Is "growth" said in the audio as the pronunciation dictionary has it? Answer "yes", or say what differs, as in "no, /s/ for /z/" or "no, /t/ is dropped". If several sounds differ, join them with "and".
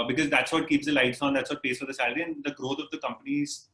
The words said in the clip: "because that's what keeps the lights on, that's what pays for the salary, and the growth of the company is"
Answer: no, /t/ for /θ/